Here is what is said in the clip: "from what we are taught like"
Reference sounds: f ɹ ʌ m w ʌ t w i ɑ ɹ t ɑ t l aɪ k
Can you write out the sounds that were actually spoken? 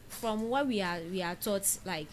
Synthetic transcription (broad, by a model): f ɹ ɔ m w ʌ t w i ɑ w t ɑ t l aɪ k